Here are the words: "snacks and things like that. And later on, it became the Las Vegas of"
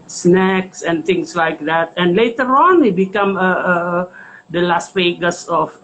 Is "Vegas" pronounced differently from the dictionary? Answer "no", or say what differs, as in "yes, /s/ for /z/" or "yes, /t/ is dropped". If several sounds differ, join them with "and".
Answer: yes, /f/ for /v/